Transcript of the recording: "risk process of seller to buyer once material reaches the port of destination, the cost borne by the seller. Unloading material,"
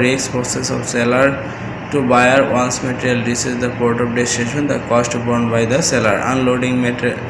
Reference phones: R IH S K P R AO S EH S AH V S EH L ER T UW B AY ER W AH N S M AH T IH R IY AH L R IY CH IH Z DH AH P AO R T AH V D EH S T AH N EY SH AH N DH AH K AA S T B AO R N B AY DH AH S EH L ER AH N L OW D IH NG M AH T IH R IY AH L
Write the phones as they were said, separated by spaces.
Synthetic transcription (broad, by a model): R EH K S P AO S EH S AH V S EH L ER T UW B AY ER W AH N S M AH T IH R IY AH L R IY S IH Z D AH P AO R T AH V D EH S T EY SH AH N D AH K AA S T B AO R N B AY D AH S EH L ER AH N L OW D IH NG M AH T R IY